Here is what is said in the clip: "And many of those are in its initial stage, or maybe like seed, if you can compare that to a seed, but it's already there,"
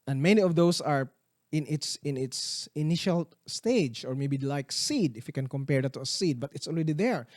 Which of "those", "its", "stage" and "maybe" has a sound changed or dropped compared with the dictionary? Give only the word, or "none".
those